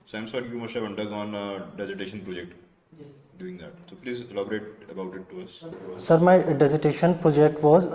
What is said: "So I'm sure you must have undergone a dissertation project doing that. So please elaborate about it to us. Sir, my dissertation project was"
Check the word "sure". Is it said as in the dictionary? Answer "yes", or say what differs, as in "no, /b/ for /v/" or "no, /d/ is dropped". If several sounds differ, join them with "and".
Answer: no, /s/ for /ʃ/